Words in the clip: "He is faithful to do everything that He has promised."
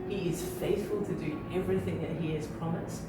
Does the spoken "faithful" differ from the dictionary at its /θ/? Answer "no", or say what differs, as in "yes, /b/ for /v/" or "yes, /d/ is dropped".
no